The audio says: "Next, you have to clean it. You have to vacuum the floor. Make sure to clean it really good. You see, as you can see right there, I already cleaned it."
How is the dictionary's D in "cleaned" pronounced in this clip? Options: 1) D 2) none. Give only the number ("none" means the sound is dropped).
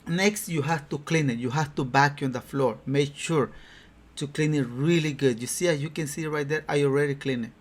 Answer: 2